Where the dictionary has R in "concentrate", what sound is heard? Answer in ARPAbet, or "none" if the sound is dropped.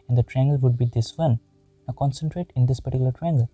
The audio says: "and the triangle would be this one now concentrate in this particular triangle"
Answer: R